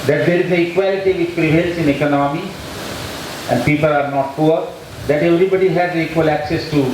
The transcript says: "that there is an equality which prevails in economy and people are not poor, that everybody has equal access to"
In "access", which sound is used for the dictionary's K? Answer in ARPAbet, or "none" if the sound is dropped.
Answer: K